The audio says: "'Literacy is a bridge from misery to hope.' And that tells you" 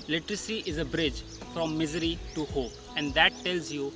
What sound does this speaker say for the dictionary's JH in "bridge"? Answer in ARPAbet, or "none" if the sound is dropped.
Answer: JH